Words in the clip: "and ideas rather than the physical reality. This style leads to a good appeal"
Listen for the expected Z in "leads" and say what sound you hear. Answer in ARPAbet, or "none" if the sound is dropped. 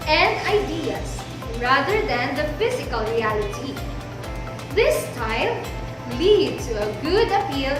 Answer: none